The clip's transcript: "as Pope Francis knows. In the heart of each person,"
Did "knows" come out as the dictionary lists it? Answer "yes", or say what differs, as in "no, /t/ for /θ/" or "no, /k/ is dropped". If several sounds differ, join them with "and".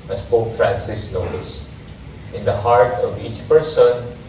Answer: no, /s/ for /z/